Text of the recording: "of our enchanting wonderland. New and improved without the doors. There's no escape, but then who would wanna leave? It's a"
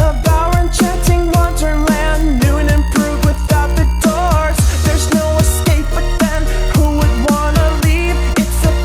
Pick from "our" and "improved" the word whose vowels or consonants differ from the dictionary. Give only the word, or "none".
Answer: improved